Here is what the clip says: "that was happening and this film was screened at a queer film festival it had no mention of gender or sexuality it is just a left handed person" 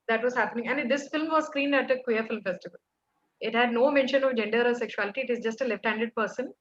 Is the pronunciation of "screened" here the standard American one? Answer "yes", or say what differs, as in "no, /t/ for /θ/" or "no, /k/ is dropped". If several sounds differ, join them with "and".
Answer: yes